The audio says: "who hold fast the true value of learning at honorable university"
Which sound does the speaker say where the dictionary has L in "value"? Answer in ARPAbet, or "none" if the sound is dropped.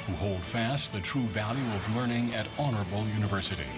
L